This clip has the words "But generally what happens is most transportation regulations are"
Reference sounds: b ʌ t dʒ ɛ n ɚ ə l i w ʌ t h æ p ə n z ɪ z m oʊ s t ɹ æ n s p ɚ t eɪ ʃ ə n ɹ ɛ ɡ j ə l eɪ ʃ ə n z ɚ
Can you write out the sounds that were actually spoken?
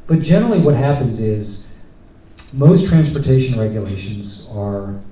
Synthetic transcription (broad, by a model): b ʌ t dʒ ɛ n ɚ l i w ʌ t h æ p ə n z ɪ z m oʊ s t ɹ æ n s p ɚ t eɪ ʃ ə n ɹ ɛ ɡ j ə l eɪ ʃ ə n z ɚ